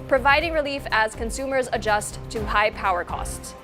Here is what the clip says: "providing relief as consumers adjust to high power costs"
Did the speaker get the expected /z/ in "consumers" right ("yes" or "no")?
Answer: yes